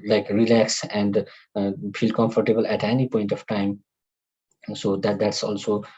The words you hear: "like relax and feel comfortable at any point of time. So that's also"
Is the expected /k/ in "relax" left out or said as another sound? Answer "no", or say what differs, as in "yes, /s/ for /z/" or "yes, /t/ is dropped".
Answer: no